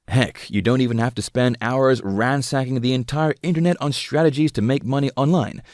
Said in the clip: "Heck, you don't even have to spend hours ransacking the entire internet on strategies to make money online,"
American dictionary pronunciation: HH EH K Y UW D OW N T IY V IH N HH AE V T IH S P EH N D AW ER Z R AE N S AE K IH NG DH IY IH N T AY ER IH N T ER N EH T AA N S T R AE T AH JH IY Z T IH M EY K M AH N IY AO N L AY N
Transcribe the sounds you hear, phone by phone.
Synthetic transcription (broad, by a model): HH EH K Y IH D OW N T IY V IH N HH AE F T IH S P EH N D AW ER Z R AE N S AE K IH NG DH IY IH N T AY ER IH N T ER N EH T N S T R AE T AH JH IY Z T IH M EY K M AH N IY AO N L AY N